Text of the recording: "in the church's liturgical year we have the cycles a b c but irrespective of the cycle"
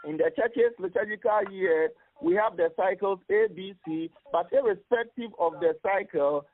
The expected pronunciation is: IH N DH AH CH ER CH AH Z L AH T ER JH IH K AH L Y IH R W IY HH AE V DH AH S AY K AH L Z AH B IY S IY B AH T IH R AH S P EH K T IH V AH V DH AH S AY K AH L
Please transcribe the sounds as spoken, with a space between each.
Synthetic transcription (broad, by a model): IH N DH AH CH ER CH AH S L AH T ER JH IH K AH L Y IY W IY HH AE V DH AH S AY K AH L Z AH B IY S IY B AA T IH R AH S P EH K T IH V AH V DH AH S AY K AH L